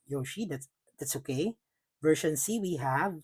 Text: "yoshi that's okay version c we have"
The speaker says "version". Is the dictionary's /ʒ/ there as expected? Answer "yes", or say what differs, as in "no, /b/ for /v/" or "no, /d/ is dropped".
no, /ʃ/ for /ʒ/